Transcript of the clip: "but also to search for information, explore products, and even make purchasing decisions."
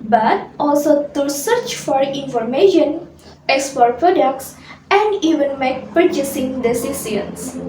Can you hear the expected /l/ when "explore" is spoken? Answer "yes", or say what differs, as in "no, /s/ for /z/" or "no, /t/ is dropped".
no, /l/ is dropped